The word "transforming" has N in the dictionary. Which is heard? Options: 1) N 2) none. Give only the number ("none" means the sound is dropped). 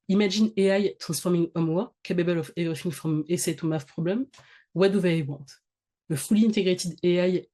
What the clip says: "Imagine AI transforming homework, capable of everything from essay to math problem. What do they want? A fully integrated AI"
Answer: 2